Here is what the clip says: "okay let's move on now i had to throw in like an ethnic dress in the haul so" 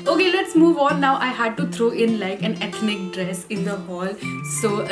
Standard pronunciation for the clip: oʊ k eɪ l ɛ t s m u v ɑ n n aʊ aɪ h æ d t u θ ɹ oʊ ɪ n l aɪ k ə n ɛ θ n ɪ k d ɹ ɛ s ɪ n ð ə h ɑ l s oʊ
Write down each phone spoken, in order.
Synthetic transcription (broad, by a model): oʊ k eɪ l ɛ t s m u v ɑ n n aʊ aɪ h æ d t u t ɹ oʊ ɪ n l aɪ k ə n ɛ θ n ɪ k d ɹ ɛ s ɪ n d ə h ɑ l s oʊ